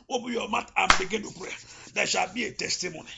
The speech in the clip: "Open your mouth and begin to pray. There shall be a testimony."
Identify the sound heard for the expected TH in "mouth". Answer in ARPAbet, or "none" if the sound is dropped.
T